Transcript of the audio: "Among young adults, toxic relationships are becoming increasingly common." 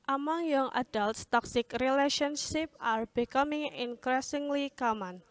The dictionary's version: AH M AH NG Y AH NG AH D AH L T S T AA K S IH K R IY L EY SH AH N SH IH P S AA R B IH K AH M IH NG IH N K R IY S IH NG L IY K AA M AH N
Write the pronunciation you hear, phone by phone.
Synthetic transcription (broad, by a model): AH M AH NG Y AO NG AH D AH L T S T AA K S IH K R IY L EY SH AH N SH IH P AA R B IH K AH M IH NG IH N K R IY S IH NG L IY K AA M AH N